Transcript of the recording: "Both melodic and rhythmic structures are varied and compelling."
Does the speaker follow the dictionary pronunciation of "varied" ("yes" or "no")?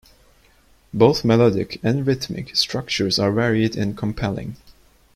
yes